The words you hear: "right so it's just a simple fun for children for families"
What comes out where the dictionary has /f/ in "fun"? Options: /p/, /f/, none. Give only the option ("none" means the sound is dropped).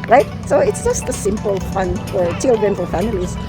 /f/